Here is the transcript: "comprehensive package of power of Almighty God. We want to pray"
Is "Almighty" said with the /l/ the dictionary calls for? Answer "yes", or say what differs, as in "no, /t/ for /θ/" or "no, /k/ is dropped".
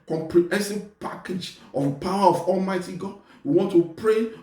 yes